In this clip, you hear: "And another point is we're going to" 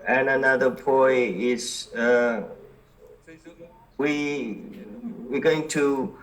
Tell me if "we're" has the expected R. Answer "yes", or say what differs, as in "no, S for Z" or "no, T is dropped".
no, W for R